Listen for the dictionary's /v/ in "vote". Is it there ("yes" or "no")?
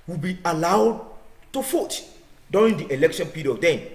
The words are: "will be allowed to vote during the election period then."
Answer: no